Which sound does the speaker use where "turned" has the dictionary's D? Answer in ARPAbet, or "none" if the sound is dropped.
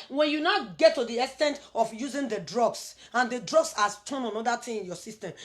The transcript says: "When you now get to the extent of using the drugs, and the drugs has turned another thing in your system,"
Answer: none